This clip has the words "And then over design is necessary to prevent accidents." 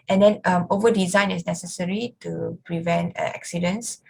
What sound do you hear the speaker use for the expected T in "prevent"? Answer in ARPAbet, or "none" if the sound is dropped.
T